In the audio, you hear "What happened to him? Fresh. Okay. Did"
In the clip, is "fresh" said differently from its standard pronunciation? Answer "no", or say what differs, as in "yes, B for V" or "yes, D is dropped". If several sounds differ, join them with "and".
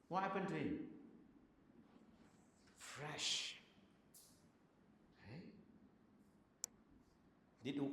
no